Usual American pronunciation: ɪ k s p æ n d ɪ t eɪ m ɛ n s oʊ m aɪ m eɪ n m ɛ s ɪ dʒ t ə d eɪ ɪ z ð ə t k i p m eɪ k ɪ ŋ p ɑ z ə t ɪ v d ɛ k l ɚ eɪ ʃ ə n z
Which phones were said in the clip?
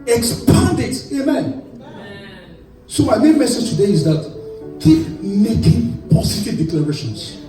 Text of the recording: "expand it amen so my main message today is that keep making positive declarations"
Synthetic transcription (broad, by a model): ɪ k s p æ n d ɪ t eɪ m ɛ n s oʊ m aɪ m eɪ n m ɛ s ɪ dʒ t ə d eɪ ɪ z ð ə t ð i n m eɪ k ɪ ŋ p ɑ s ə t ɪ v d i k l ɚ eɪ ʃ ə n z